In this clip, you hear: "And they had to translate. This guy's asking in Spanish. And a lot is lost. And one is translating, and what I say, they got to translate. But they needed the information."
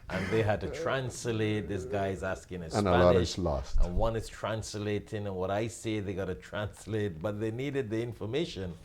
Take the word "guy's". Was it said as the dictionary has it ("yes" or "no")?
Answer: yes